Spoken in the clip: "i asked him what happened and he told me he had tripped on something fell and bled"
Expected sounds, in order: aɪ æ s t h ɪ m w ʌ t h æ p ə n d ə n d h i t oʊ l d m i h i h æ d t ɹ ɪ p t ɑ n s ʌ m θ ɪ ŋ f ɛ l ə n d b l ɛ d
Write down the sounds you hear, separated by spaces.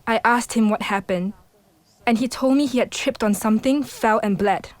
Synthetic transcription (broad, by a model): aɪ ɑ s t h ɪ m w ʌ t h æ p ə n d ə n h i t oʊ l d m i h i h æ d t ɹ ɪ p t ɑ n s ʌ m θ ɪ ŋ f ɛ l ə n b l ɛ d